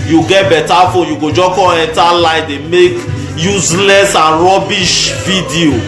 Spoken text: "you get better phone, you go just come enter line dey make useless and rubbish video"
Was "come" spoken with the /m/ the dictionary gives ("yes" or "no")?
no